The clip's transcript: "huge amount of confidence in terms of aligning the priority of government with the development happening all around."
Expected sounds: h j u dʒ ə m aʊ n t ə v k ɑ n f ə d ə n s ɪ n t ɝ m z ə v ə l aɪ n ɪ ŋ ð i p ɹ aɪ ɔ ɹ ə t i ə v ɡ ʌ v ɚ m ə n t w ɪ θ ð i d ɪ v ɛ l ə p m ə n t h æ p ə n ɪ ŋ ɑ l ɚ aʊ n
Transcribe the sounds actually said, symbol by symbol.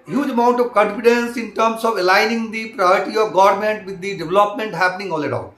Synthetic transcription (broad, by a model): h j u dʒ ə m aʊ n t ə v k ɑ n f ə d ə n s ɪ n t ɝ m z ə v ə l aɪ n ɪ ŋ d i p ɹ aɪ ɔ ɹ ə t i ə v ɡ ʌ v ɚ m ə n t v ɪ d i d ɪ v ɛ l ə p m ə n t h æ p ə n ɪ ŋ ɑ l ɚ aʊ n